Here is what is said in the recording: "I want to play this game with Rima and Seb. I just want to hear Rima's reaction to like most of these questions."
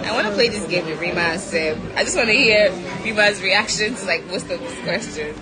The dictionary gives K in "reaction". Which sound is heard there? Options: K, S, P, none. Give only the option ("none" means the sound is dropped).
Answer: K